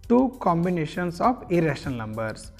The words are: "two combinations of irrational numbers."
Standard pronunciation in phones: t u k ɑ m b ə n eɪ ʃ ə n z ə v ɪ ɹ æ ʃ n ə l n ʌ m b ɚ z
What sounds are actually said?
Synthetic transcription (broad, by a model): t u k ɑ m b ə n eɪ ʃ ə n s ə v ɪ ɹ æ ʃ ə n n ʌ m b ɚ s